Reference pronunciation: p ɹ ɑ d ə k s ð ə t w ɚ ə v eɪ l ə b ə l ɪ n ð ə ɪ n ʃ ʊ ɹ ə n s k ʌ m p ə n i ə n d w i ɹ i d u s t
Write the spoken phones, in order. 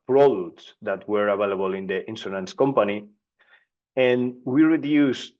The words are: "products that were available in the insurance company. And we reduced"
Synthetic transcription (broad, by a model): p ɹ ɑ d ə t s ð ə t w ɚ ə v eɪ l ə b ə l ɪ n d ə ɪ n s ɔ l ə n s k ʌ m p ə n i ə n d w i ɹ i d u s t